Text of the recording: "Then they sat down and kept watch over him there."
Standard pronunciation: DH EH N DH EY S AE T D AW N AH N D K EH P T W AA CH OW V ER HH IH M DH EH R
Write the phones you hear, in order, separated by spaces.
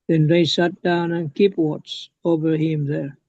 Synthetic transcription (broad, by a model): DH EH N DH EY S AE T D AW N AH N K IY P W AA S OW V ER HH IH M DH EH R